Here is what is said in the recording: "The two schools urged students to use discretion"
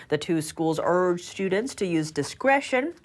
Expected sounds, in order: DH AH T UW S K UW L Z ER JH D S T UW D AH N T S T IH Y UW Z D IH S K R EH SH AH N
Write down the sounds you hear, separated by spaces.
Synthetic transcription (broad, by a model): DH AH T UW S K UW L Z ER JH S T UW D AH N T S T IH Y UW Z D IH S K R EH SH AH N